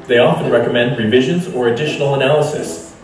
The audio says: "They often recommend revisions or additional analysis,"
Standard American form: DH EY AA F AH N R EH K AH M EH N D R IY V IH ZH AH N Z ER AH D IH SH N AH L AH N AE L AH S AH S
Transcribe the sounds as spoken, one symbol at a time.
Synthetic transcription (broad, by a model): DH EY AA F AH N R EH K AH M EH N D R IY V IH ZH AH N Z ER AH D IH SH N L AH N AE L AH S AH S